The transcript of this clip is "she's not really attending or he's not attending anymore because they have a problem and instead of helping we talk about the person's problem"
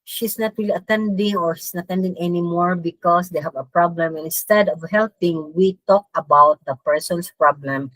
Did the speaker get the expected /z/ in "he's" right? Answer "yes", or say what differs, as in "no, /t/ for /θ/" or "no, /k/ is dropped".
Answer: no, /s/ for /z/